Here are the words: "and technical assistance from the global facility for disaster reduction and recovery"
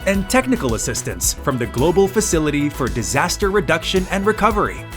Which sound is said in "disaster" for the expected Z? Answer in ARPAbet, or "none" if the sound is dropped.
Z